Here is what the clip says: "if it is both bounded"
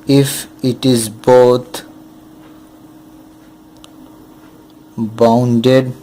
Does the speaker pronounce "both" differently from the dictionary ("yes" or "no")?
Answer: yes